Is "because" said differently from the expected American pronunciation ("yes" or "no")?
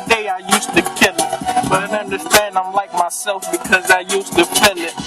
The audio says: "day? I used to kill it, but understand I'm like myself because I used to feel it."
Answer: no